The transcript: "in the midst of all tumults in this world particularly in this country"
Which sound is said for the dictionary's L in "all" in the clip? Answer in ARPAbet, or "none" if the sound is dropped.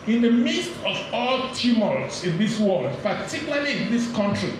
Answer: L